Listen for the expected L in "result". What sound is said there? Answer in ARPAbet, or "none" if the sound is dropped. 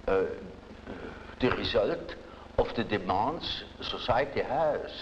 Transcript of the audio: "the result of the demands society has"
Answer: L